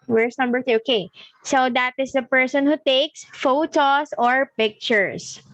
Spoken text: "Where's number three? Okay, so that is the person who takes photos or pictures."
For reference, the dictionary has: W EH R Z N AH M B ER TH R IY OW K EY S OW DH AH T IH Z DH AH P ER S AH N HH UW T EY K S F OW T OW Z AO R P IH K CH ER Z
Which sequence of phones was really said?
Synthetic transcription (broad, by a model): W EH R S N AH M B ER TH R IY OW K EY S OW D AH T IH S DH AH P ER S AH N HH UW T EY K S F OW T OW S AO R P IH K CH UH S